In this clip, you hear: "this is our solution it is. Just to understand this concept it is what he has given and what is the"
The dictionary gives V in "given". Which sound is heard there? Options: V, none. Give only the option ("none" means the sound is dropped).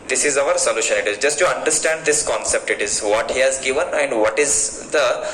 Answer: V